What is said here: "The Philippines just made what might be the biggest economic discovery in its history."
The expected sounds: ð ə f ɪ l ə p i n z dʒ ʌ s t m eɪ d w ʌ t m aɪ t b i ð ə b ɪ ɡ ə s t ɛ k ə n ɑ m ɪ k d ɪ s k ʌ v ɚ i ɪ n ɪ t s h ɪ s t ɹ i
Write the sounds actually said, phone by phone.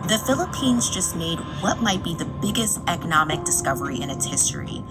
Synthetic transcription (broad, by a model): ð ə f ɪ l ə p i n z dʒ ʌ s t m eɪ d w ʌ t m aɪ t b i ð ə b ɪ ɡ ə s t ɛ k ə n ɑ m ɪ k d ɪ s k ʌ v ɚ i ɪ n ɪ t s h ɪ s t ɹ i